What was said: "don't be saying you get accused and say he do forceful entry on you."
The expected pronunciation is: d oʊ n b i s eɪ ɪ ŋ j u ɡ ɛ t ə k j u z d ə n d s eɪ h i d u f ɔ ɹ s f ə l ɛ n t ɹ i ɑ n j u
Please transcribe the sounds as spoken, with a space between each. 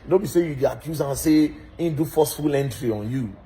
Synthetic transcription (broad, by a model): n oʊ b i s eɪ j u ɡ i ə k j u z ə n s eɪ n d u f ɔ s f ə l ɛ n t ɹ i ɑ n j u